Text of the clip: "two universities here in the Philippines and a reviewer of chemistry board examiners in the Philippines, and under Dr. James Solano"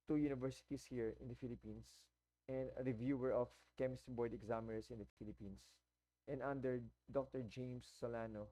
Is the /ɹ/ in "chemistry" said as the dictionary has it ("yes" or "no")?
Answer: no